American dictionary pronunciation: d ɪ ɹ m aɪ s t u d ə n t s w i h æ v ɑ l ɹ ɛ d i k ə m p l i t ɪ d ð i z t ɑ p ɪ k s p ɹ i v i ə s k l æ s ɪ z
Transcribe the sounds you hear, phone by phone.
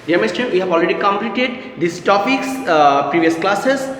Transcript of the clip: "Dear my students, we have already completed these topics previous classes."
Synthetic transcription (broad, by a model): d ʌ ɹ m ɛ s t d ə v i h æ v ɑ l ɹ ɛ d i k ə m p l i t ɪ d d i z t ɑ p ɪ k s p ɹ i v i ə s k l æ s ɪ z